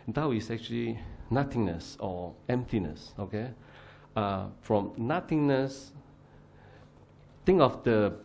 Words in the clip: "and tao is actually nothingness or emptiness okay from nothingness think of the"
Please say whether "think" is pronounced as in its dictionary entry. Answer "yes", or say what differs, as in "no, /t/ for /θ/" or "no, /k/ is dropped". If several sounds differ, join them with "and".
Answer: no, /t/ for /θ/